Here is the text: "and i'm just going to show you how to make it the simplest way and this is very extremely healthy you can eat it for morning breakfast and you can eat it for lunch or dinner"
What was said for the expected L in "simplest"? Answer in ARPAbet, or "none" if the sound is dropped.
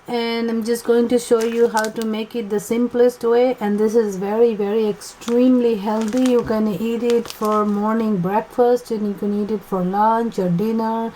L